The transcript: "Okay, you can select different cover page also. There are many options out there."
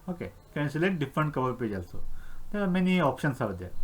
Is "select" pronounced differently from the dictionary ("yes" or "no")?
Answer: yes